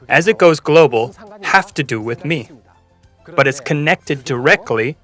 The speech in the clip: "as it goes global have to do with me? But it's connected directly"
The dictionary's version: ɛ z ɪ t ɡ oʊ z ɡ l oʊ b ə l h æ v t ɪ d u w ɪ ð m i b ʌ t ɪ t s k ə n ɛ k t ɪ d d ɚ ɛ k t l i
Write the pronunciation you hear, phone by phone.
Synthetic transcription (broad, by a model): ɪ z ɪ t ɡ oʊ z ɡ l oʊ b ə l h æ f t ɪ d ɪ w ɪ ð m i b ʌ t ɪ t s k ə n ɛ k t ɪ d d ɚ ɛ k t l i